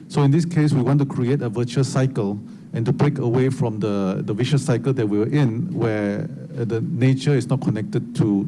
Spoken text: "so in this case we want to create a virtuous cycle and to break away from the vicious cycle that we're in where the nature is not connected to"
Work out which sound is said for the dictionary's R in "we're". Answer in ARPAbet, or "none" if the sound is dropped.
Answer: W